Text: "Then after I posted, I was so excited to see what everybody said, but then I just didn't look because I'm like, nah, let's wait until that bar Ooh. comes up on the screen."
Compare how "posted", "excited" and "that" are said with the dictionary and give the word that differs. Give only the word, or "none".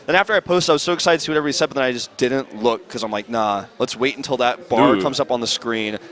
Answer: posted